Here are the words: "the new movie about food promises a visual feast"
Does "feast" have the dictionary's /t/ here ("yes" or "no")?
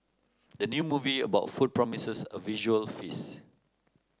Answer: no